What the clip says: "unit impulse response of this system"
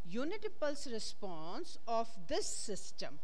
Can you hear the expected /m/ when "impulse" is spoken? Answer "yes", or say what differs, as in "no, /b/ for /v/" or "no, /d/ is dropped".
no, /m/ is dropped